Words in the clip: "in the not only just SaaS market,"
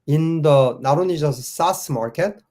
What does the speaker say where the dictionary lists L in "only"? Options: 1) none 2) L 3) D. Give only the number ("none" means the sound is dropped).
1